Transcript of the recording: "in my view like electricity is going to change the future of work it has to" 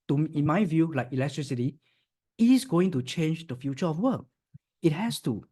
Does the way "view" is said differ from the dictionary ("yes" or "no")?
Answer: no